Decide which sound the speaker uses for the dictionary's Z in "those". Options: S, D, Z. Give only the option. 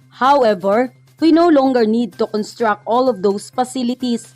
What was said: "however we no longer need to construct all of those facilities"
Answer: S